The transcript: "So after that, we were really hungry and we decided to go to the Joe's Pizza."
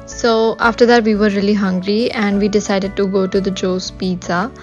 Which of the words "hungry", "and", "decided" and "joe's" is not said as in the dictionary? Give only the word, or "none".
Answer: joe's